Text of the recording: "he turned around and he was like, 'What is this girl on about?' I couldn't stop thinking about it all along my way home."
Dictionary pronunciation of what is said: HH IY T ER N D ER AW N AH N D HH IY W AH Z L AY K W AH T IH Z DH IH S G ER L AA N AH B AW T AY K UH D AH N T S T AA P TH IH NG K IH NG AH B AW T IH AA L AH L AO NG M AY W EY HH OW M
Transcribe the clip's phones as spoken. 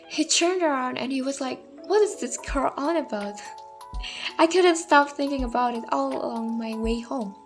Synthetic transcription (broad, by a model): HH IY T ER N D ER AW N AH N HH IY W AH Z L AY K W AH T IH Z DH IH S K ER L AA N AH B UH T AY K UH D N T S T AA P TH IH NG K IH NG AH B AW T IH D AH L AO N M AY W EY HH OW M